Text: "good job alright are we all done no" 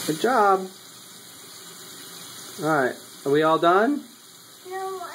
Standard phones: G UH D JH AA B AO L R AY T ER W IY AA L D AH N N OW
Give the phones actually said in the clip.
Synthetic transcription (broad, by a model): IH JH AA B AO R AY T ER W IY AA L D AH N N